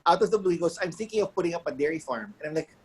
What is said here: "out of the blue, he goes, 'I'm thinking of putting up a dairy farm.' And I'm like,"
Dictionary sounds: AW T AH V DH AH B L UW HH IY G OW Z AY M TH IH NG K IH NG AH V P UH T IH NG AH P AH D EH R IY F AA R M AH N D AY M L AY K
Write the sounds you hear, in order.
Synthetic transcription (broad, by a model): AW T AH V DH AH B L UW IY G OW S AY M TH IH NG K IH NG AH V P UH T IH NG AH P AH D EH R IY F AA R M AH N AY M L AY K